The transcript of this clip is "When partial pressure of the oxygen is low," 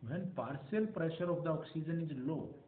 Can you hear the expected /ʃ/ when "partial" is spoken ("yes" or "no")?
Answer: no